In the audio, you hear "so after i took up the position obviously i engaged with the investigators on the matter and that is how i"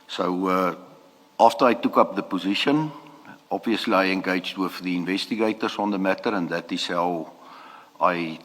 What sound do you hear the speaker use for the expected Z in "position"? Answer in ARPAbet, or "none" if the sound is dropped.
Z